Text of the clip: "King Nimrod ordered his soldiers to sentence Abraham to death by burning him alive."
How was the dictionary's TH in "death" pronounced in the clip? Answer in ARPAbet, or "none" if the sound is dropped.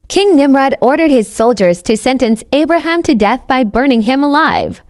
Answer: TH